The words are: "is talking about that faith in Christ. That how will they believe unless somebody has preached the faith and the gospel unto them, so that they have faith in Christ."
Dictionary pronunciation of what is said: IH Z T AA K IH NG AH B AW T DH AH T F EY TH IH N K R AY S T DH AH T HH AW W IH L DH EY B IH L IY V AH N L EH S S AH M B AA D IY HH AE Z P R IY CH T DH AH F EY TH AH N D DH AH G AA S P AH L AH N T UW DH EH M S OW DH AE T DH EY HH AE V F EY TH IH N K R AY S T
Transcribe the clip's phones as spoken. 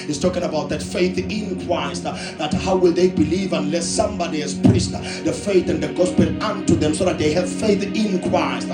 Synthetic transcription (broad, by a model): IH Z T AA K IH NG AH B AW T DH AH T F EY TH IH N K R AY S T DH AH T HH AW W IH L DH EY B IH L IY V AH N L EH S S AH M B AA D IY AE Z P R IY S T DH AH F EY TH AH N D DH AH G AA S P AH L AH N T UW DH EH M S OW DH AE T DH EY HH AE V F EY TH IH N K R AY S T